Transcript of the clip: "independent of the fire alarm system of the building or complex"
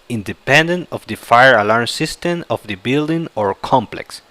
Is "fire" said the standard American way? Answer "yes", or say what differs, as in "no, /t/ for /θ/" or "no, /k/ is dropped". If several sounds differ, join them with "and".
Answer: yes